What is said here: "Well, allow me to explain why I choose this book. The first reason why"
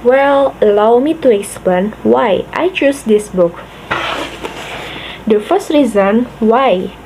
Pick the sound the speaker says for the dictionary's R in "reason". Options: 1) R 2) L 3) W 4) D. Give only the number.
1